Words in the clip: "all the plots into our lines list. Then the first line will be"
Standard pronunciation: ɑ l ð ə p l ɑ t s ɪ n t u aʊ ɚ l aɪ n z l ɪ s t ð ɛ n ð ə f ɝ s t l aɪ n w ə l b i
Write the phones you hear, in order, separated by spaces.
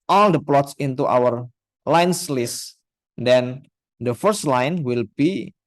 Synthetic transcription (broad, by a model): ɑ l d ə p l ɑ t s ɪ n t u aʊ ɚ l aɪ n s l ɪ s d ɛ n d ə f ɝ s t l aɪ n w ə l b i